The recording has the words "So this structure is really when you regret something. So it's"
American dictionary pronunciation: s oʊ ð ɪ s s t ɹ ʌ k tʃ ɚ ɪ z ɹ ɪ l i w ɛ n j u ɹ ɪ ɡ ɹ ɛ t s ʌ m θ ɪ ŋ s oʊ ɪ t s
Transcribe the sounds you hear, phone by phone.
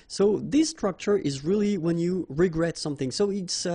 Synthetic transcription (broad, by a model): s oʊ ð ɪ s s t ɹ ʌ k tʃ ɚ ɪ z ɹ ɪ l i w ɛ n j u ɹ ɪ ɡ ɹ ɛ t s ʌ m θ ɪ ŋ s oʊ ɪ t s